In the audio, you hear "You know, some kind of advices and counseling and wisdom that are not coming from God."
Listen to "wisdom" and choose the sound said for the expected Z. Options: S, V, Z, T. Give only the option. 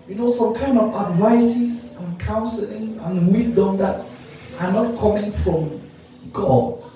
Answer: S